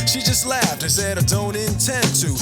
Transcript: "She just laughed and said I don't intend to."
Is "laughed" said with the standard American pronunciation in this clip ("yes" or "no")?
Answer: yes